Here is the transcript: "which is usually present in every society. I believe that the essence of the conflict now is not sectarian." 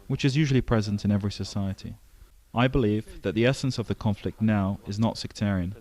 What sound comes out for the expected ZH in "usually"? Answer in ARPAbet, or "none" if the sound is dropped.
ZH